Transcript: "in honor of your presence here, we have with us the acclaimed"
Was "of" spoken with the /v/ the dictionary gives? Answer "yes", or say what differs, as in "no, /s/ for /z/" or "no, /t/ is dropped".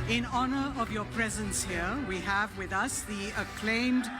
yes